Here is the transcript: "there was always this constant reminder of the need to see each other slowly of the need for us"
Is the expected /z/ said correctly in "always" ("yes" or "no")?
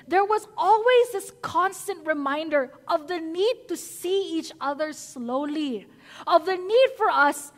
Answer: yes